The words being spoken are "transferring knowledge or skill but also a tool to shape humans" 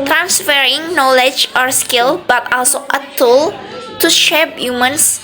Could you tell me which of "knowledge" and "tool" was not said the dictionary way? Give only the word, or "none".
none